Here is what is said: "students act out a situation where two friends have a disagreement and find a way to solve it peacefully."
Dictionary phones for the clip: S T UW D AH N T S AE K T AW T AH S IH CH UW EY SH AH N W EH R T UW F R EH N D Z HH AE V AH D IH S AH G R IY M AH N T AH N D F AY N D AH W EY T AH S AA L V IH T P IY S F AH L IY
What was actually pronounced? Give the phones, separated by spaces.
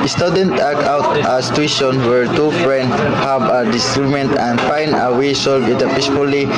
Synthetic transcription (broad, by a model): S T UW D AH N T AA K AW T AH S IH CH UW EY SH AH N W EH R T UW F R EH N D S HH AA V AH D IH S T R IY M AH N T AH N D F AY N D AH W EY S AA L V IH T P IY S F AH L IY